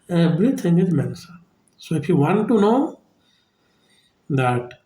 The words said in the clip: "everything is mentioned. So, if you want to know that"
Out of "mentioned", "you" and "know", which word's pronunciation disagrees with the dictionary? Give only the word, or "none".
mentioned